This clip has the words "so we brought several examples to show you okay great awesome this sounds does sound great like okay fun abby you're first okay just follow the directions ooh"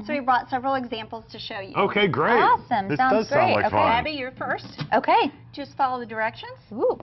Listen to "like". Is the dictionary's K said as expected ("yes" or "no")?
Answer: no